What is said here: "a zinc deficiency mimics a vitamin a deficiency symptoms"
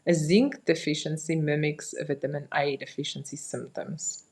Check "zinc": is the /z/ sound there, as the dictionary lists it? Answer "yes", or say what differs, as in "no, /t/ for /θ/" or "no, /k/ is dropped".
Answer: yes